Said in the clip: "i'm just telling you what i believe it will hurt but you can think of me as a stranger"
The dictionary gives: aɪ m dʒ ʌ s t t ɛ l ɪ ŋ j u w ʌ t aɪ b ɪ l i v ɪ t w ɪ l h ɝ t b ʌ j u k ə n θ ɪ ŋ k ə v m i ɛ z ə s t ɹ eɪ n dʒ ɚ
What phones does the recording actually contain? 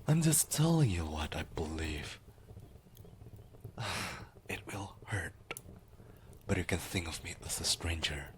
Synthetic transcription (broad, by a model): aɪ m dʒ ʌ s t t ɛ l ɪ ŋ j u w ʌ t aɪ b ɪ l i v ɪ t w ɪ l h ɝ t b ʌ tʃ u k ə n θ ɪ ŋ k ə v m i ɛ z ə s t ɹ eɪ n dʒ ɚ